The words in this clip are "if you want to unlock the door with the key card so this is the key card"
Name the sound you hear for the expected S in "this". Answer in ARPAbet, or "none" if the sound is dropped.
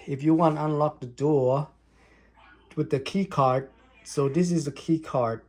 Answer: S